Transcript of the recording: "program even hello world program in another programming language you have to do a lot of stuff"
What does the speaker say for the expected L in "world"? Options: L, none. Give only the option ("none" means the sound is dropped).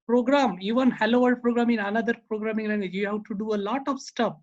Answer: none